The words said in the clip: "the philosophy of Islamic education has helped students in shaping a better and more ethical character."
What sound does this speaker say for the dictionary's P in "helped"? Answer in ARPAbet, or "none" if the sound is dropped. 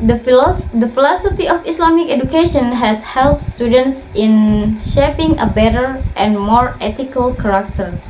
P